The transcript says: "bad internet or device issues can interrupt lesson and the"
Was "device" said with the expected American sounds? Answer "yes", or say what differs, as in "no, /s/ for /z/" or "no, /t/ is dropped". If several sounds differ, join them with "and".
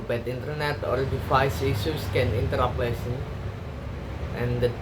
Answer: no, /f/ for /v/